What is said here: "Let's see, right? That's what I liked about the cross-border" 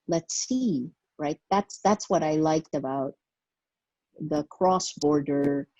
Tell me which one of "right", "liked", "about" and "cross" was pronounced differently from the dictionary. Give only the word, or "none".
none